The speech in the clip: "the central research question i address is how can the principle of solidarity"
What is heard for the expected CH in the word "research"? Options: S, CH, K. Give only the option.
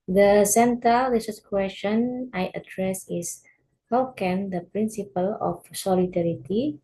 S